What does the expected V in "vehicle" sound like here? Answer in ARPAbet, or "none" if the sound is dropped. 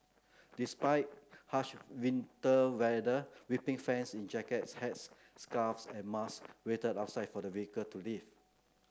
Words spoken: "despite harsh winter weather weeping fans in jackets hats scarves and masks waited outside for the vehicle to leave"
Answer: W